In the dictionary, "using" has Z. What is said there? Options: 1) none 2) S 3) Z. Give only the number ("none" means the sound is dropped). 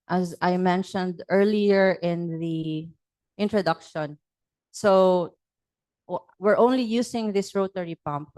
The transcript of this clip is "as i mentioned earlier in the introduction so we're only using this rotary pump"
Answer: 2